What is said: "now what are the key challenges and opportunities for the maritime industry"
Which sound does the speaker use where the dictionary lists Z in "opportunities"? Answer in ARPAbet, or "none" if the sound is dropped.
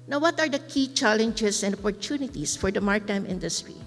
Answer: S